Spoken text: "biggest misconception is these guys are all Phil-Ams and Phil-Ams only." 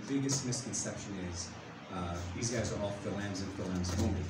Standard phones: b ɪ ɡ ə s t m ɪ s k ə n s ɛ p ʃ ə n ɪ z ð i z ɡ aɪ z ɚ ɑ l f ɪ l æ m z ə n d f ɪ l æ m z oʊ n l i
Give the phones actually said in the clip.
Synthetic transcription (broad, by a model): b ɪ ɡ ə s t m ɪ s k ə n s ɛ p ʃ ə n ɪ z ð i z ɡ aɪ z ɚ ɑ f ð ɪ l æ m z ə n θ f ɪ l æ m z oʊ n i